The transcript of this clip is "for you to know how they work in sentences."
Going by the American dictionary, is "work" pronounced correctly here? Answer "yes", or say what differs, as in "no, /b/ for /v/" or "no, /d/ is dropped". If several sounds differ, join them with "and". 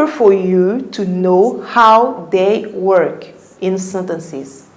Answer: yes